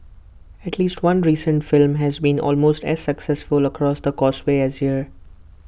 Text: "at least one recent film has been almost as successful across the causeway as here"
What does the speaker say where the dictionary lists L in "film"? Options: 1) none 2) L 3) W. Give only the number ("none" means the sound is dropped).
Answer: 2